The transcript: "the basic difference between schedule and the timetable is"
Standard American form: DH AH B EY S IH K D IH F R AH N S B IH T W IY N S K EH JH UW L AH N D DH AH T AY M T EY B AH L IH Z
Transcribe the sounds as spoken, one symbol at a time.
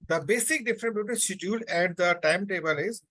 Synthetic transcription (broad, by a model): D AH B EY S IH K D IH F R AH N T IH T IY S IH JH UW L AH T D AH T AY M T EY B AH L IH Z